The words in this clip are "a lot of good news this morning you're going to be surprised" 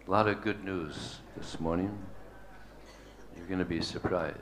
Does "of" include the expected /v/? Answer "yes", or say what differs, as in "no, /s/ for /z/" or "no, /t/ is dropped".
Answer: yes